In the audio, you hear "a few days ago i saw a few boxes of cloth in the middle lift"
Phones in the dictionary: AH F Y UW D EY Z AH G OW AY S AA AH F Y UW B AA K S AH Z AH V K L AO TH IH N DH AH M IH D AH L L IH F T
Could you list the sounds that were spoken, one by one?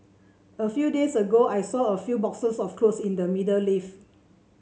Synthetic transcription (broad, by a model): AH F Y UW D EY S AH G OW AY S AA AH F Y UW B AA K S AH S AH F K L AO S IH N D AH M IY D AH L L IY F